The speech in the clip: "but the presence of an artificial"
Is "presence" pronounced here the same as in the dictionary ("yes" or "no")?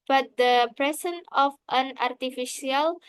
no